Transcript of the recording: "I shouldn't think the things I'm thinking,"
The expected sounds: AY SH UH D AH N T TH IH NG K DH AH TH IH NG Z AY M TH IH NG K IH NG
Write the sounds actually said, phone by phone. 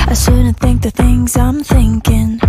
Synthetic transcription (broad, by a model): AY S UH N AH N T TH IH NG K DH AH TH IH NG Z AY M TH IH NG K IH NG